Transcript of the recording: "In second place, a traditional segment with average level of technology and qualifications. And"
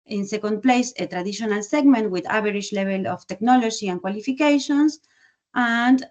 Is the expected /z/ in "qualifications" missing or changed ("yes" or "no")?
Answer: yes